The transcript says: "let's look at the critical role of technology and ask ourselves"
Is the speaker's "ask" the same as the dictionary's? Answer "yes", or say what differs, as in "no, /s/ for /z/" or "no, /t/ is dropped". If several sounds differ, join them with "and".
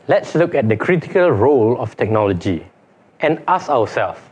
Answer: no, /k/ is dropped